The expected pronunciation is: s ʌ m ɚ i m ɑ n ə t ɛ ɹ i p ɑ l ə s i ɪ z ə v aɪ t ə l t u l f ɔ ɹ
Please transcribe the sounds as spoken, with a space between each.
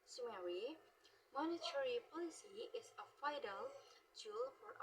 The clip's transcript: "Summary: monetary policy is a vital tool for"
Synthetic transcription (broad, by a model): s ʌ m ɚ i m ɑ n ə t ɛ ɹ i p ɑ l ə s i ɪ s ə f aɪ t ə l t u l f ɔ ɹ